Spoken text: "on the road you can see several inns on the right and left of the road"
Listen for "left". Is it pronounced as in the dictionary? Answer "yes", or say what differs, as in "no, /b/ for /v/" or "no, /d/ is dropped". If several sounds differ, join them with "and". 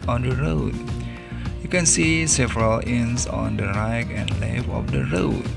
no, /t/ is dropped